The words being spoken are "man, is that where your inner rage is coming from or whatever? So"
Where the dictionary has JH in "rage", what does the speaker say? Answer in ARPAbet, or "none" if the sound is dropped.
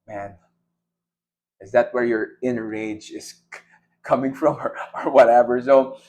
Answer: JH